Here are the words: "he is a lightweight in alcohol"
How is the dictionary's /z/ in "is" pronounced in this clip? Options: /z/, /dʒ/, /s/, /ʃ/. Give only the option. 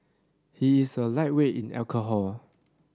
/s/